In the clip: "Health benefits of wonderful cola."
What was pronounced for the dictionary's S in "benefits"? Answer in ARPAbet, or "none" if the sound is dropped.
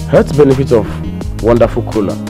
none